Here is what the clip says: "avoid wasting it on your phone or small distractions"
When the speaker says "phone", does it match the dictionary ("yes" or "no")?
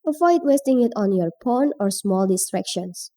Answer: no